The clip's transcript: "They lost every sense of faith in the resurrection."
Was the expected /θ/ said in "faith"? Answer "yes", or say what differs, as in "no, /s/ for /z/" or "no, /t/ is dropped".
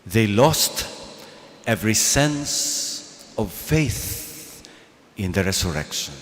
yes